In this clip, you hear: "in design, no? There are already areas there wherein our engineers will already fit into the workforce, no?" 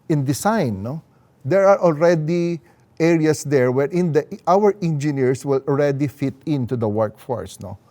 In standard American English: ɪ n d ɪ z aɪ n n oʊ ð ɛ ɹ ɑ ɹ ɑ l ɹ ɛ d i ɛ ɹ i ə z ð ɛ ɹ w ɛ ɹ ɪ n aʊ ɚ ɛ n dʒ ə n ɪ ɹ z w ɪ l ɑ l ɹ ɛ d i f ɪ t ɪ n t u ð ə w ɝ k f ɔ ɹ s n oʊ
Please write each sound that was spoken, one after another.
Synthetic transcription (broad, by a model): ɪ n d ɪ s aɪ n n oʊ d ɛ ɹ ɑ ɹ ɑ l ɹ ɛ d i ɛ ɹ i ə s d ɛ ɹ w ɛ ɹ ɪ n aʊ ɚ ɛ n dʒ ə n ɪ ɹ s w ɪ l ɑ l ɹ ɛ d i f ɪ t ɪ n t u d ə w ɝ k f ɔ ɹ s n oʊ